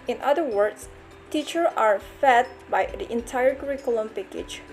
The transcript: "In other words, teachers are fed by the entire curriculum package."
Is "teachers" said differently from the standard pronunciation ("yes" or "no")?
yes